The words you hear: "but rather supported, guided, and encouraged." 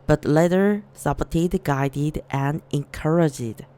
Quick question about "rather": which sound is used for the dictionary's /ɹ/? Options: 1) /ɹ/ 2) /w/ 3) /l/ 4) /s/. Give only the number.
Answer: 3